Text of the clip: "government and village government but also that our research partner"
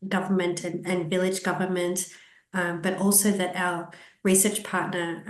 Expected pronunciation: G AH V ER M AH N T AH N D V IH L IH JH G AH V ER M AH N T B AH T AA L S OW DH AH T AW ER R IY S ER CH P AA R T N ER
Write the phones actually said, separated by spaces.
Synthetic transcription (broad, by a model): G AH V ER M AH N T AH N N V IH L IH JH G AH V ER M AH N T B AH T AA L S OW DH AH T AW ER R IY S ER CH P AA R T N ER